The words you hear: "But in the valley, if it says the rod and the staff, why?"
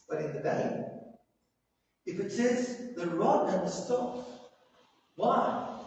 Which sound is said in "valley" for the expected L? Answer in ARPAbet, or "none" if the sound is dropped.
none